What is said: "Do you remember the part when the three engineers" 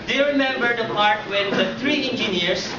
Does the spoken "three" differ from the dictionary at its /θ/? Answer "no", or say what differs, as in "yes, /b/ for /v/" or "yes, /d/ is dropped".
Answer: yes, /t/ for /θ/